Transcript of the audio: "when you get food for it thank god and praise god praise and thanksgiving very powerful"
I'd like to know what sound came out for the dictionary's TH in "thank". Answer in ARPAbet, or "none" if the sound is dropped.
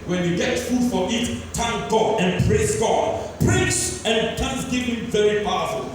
T